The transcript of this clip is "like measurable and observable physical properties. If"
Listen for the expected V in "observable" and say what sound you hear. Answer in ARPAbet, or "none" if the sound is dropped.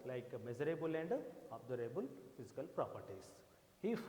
none